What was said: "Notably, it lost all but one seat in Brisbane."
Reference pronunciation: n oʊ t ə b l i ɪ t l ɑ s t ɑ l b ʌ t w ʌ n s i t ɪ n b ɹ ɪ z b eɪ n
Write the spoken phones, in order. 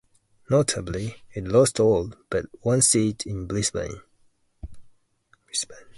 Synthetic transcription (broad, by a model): n oʊ t ə b l i ɪ t l ɑ s t ɑ l b ʌ t w ʌ n s i t ɪ n b l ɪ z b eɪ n